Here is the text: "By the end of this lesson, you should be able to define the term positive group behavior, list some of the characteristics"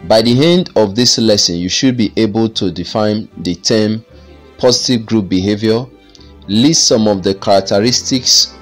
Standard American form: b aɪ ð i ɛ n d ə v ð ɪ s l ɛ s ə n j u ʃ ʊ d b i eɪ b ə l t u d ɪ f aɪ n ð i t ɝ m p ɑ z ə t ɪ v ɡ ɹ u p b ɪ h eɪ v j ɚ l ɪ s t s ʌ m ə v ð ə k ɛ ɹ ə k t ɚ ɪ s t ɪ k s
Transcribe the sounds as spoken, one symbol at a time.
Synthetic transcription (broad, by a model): b aɪ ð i ɛ n d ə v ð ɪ s l ɛ s ə n j u ʃ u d b i eɪ b ə l t u d ɪ f aɪ n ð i t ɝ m p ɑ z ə t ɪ v ɡ ɹ u p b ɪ h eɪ v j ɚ l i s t s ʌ m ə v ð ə k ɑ ɹ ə k t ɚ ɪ s t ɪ k s